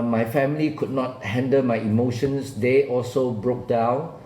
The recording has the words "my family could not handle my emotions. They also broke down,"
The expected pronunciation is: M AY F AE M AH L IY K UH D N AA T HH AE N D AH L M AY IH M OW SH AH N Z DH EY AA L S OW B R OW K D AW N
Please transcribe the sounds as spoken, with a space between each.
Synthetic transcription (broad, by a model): M AY F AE M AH L IY K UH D N AA T HH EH N D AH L M AY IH M OW SH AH N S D EY AA L S OW B R OW K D AW N